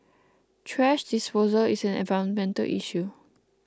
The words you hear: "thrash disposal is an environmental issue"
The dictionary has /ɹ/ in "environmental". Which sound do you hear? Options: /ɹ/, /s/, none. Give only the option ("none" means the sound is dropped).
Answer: none